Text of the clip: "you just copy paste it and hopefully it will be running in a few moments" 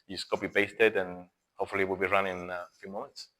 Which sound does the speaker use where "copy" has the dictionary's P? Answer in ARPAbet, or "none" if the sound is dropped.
B